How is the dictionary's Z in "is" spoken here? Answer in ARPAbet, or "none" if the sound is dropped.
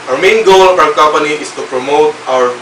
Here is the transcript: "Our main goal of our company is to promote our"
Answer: S